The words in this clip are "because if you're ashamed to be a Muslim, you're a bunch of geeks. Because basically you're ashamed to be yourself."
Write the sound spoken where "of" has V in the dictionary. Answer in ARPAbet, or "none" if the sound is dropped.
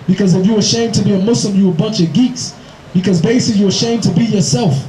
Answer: V